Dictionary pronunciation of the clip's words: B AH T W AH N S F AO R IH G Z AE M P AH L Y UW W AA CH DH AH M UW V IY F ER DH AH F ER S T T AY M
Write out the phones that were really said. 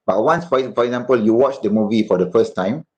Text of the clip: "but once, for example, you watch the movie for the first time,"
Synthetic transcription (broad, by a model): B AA T W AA N S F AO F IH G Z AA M P AH L Y UW W AA CH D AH M UW V IY F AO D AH F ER S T T AY M